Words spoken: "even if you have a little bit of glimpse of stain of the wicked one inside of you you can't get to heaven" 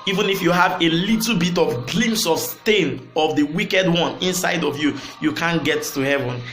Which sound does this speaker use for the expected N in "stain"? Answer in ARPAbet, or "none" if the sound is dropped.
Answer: N